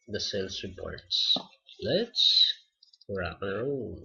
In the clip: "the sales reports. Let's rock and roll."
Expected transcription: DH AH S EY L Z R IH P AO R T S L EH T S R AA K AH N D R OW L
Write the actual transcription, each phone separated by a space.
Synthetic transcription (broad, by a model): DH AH S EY L S R IH P AO R T S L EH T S R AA AH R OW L